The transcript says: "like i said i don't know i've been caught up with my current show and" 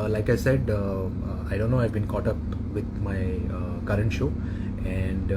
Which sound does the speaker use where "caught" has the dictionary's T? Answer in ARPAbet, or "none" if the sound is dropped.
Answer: T